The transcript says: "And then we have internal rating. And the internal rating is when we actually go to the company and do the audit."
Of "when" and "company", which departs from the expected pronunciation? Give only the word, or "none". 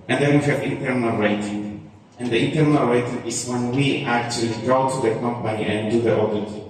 company